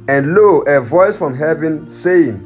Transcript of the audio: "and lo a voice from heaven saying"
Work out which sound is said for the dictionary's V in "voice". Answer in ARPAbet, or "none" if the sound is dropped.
V